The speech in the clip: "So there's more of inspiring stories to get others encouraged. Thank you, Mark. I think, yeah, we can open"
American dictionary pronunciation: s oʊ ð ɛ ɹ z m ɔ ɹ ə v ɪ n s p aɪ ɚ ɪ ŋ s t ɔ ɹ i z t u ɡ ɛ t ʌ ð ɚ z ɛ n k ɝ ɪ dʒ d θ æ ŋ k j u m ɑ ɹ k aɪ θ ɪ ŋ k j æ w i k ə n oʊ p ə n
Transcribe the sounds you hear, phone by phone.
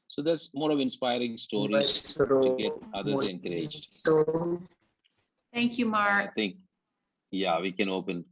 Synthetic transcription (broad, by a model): s oʊ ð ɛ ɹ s m ɔ ɹ ə v ɪ n s p aɪ ɚ ɪ ŋ s t ɔ ɹ i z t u ɡ ɛ t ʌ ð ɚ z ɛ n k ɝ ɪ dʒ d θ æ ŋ k j u m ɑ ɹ aɪ t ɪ ŋ k j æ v i k ə n oʊ p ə n